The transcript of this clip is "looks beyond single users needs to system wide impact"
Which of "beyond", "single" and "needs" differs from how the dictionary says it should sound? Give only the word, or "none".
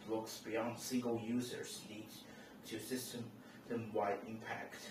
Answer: needs